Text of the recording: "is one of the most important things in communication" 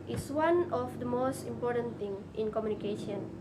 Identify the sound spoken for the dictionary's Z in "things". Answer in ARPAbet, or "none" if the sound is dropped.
none